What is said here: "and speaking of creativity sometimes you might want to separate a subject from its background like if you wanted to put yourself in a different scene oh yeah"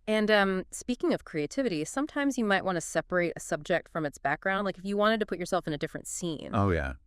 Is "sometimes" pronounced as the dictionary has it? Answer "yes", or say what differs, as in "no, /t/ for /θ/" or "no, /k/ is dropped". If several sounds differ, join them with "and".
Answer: yes